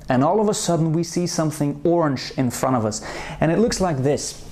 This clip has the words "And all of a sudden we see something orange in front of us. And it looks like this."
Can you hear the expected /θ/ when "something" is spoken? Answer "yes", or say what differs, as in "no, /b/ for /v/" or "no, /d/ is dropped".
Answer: yes